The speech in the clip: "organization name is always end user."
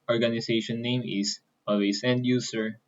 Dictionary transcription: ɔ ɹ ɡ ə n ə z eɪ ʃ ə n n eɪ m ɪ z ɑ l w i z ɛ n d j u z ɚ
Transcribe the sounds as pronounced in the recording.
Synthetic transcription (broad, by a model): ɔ ɹ ɡ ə n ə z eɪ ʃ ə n n eɪ m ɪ s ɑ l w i s ɛ n d j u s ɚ